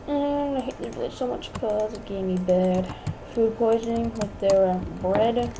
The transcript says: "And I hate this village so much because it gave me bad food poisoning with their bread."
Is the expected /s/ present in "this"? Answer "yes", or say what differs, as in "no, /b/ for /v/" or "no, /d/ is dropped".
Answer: no, /s/ is dropped